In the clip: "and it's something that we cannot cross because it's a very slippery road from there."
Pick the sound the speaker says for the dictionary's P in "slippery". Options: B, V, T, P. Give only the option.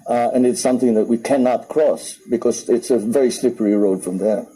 P